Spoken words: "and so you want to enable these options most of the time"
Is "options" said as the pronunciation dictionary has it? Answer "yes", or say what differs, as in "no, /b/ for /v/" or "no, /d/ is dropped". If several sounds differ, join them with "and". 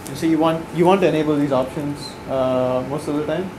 yes